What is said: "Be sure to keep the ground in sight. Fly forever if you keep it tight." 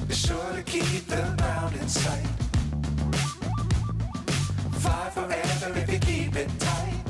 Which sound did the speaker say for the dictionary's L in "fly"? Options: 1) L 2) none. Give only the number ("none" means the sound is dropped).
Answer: 2